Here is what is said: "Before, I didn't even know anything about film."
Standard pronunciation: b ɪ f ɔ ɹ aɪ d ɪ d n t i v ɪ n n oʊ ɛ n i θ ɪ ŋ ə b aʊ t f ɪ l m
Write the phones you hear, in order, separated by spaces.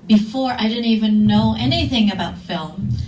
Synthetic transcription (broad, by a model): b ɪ f ɔ ɹ aɪ d ɪ d n t i v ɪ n n oʊ ɛ n i θ ɪ ŋ ə b aʊ t f ɪ l m